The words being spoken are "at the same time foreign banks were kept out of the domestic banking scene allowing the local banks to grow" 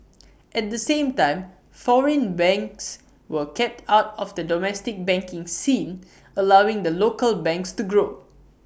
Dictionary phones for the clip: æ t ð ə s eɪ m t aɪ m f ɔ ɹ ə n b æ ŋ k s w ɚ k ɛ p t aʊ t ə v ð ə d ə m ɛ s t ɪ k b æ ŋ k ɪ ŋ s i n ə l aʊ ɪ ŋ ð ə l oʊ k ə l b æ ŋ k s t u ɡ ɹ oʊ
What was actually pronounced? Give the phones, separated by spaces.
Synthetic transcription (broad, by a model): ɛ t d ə s eɪ m t aɪ m f ɔ ɹ ə n b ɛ ŋ k s w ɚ k ɛ p t aʊ t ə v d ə d ə m ɛ s t ɪ k b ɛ ŋ k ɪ ŋ s i n ə l aʊ ɪ ŋ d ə l oʊ k ə l b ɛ ŋ k s t u ɡ ɹ oʊ